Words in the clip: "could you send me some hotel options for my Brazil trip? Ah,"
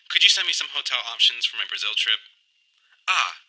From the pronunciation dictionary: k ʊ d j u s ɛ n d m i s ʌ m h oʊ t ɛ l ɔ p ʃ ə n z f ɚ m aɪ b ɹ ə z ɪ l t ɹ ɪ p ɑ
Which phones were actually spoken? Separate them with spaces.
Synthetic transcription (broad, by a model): k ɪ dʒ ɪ s ɛ n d m i s ʌ m h oʊ t ɛ l ɔ p ʃ ə n z f ɚ m aɪ b ɹ ə z ɪ l t ɹ ɪ p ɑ